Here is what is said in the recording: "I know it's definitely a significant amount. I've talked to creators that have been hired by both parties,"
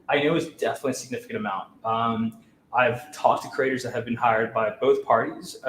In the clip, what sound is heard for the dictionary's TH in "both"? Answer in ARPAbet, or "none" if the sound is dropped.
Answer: TH